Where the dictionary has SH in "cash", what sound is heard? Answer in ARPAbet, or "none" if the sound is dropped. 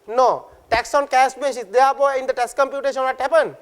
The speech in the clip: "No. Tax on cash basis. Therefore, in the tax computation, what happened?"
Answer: S